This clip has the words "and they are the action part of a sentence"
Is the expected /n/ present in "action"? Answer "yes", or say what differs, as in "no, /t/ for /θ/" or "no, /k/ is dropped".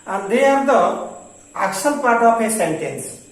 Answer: no, /l/ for /n/